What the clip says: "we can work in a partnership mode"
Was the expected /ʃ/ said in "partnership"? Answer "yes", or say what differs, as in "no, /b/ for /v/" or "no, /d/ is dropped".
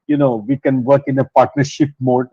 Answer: yes